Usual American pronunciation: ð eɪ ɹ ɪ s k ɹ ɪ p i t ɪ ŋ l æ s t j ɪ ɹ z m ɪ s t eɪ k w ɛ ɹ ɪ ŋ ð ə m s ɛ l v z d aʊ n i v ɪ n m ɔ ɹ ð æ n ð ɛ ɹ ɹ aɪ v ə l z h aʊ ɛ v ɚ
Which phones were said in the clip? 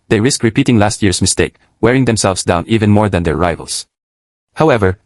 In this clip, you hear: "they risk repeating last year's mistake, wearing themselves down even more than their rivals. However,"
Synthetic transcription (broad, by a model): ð eɪ ɹ ɪ s k ɹ ɪ p i t ɪ ŋ l æ s t j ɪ ɹ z m ɪ s t eɪ k w ɛ ɹ ɪ ŋ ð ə m s ɛ l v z d aʊ n i v ɪ n m ɔ ɹ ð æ n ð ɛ ɹ ɹ aɪ v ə l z h aʊ ɛ v ɚ